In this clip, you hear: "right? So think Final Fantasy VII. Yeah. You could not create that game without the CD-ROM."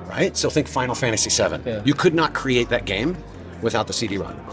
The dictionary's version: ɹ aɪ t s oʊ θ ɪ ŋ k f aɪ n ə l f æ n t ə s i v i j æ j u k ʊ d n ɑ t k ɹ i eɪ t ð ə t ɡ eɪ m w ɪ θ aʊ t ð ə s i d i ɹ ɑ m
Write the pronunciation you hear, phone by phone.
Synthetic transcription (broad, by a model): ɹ aɪ t s oʊ θ ɪ ŋ k f aɪ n l f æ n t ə s i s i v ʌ j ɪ k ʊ d n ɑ t k ɹ i eɪ t ð ə t ɡ eɪ m w ɪ θ aʊ t ð ə s i d i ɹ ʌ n